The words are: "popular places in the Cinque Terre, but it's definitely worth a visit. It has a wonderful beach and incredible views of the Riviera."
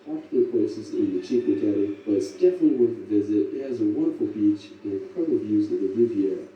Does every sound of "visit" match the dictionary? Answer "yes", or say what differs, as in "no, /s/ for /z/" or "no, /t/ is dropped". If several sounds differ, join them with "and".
yes